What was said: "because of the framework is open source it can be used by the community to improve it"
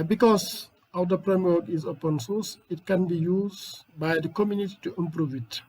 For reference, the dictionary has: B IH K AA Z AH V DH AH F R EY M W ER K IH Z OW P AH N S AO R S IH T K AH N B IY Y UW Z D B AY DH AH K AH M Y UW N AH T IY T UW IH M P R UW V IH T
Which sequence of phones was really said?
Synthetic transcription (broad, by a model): B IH K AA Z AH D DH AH P R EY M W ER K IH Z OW P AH N S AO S IH T K AH N B IY Y UW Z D B AY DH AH K AH M Y UW N AH T IY T UW IH M P R UW V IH T